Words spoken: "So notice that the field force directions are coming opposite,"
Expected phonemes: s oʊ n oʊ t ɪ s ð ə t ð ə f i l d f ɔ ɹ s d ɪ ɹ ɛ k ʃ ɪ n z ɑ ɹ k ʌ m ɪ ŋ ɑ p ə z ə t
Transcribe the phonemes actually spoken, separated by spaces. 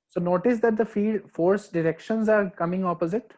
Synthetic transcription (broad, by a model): s oʊ n oʊ t ɪ s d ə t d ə f i d f ɔ ɹ s d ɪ ɹ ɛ k ʃ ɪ n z ɑ ɹ k ʌ m ɪ ŋ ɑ p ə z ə t